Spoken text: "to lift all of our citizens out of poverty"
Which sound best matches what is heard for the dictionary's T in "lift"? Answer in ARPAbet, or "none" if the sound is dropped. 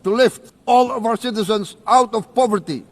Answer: T